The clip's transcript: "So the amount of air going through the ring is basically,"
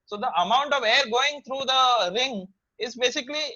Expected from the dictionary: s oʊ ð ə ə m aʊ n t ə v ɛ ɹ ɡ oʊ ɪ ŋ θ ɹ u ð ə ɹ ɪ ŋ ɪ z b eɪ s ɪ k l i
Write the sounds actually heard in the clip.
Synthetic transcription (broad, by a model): s oʊ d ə ə m aʊ n t ə v ɛ ɹ ɡ oʊ ɪ ŋ t ɹ u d ə ɹ ɪ ŋ ɪ z b eɪ s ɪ k l i